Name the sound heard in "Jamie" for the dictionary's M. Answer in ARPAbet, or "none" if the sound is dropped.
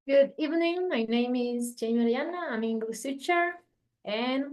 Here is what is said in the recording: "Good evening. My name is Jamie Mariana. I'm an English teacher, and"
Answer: none